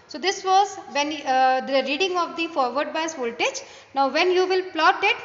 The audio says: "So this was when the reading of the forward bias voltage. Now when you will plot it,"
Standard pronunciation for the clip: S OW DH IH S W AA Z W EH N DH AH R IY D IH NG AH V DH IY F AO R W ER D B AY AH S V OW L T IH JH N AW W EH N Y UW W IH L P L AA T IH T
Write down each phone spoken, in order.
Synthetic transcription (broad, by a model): S OW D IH S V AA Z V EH N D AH R IY D IH NG AH V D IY F AO R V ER D B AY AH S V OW L T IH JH N AW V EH N Y UW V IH L P L AA T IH T